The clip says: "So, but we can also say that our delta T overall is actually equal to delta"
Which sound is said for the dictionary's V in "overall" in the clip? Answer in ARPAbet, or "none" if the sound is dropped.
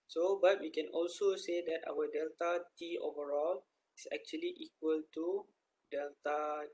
V